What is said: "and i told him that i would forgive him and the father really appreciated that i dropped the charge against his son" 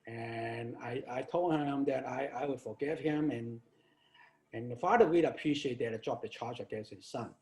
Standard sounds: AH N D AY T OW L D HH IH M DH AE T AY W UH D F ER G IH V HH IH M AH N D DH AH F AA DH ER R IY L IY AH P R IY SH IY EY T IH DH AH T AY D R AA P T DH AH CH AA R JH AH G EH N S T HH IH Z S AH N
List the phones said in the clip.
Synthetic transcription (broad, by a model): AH N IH AY T OW L D HH IH M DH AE T AY W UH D F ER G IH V HH IH M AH N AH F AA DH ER W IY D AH P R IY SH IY EY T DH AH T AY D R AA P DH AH CH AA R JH AH G EH N S T HH IH Z S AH N